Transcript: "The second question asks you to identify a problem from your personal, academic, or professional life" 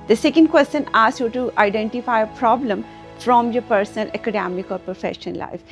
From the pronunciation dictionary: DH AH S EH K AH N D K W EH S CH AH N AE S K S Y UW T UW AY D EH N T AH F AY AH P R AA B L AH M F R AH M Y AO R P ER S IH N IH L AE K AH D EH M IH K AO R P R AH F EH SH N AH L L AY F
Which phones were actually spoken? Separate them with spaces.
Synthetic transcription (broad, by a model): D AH S EH K AH N D K W EH S CH AH N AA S S Y UW T UW AY D EH N T AH F AY AH P R AA B L AH M F R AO M Y AO R P ER S IH N IH L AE K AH D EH M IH K AO R P R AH F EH SH AH N L AY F